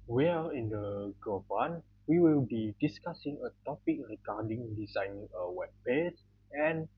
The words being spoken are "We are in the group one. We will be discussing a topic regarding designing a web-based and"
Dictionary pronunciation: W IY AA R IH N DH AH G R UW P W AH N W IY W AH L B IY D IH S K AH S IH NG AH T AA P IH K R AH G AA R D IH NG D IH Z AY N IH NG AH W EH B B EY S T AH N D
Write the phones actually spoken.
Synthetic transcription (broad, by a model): W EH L IH N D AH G AO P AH N W IY W AH L B IY D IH S K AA S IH NG AH T AA P IH K R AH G AA D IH NG D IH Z AY N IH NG AH W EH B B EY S AH N